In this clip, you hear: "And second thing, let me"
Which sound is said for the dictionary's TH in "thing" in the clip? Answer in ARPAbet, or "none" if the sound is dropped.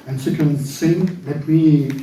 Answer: S